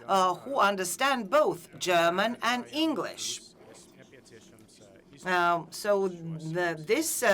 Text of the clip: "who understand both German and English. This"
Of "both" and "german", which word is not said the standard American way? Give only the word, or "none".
none